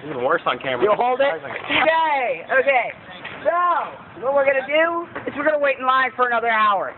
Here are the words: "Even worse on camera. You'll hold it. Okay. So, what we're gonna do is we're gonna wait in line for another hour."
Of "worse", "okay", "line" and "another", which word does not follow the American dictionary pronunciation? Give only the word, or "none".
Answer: none